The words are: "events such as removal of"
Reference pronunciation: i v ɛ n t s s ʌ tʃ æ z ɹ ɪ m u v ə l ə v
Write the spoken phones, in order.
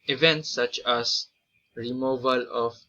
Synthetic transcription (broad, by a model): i v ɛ n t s s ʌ tʃ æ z ɹ ɪ m u v ə l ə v